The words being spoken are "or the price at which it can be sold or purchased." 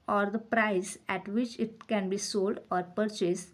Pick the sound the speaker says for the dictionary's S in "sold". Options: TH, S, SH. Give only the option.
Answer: S